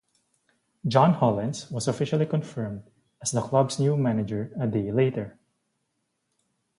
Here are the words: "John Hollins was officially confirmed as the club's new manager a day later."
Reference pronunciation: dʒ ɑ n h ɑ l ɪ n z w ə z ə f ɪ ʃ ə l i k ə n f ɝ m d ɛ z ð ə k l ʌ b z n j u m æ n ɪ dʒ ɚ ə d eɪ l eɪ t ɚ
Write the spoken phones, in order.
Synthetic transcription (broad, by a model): dʒ ɑ n h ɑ l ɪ n s w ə s ə f ɪ ʃ ə l i k ə n f ɝ m d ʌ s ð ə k l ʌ b s n j u m æ n ɪ dʒ ɚ ə d eɪ l eɪ t ɚ